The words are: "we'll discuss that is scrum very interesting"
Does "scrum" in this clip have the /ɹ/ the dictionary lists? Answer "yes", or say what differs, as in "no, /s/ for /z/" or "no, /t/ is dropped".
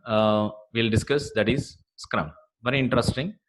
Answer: yes